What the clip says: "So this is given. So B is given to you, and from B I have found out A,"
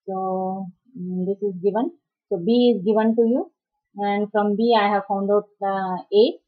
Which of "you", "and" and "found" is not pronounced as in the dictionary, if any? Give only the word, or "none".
none